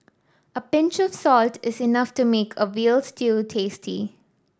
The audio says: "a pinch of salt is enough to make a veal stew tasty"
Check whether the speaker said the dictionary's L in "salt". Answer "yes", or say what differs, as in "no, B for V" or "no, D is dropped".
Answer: yes